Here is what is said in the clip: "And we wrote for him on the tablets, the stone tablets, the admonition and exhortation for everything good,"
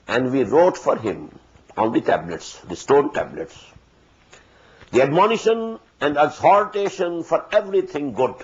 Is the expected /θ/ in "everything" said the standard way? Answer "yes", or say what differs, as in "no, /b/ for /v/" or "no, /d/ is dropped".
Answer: no, /t/ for /θ/